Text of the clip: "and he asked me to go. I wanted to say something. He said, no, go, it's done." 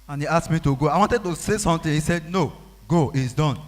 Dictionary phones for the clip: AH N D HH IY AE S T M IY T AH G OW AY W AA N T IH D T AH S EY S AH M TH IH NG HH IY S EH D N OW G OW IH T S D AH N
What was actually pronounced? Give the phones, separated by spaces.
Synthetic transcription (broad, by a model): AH N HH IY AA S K M IY T AH G OW AY W AA N T IH D T AH S EY S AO M T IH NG HH IY S EH D N OW G OW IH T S D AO N